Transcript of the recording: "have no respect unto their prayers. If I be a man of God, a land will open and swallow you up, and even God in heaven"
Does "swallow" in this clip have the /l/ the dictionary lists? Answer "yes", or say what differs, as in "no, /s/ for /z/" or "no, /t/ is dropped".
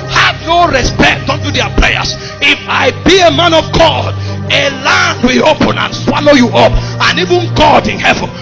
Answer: yes